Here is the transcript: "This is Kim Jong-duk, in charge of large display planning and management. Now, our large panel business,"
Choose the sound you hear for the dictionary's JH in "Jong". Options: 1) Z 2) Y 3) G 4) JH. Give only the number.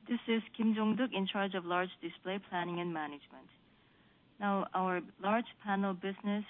4